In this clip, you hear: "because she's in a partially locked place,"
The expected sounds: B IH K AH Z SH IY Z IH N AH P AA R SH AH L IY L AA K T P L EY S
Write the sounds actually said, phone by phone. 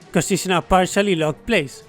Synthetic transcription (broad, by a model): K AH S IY S IH N AH P AA R SH AH L IY L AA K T P L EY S